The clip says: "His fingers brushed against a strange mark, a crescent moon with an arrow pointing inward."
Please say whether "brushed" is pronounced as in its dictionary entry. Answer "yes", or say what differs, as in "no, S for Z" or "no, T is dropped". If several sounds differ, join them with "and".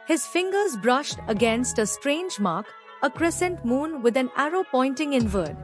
yes